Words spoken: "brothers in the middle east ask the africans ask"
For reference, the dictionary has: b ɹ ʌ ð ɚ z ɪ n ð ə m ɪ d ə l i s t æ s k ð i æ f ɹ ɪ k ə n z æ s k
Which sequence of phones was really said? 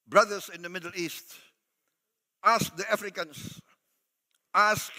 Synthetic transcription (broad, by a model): b ɹ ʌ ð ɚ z ɪ n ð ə m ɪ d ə l i s t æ s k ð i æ f ɹ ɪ k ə n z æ s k